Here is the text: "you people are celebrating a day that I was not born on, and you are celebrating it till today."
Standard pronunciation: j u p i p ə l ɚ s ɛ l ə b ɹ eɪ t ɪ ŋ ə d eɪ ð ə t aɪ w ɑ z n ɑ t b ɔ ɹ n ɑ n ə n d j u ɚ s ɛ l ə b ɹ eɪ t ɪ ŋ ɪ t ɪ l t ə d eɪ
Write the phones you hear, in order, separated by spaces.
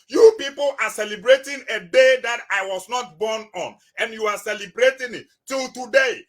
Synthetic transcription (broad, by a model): j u p i p ə l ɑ s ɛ l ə b ɹ eɪ t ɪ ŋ ə d eɪ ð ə t aɪ w ɑ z n ɑ t b ɔ n ɑ n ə n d j u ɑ s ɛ l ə b ɹ eɪ t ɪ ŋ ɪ t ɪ l t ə d eɪ